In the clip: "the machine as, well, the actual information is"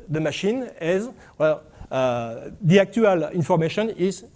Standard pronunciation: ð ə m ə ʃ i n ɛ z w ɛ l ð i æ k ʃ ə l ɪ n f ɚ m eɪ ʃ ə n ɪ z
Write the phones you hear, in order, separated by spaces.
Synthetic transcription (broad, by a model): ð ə m ə ʃ i n ɛ z w ɛ l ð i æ k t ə l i n f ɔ m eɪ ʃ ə n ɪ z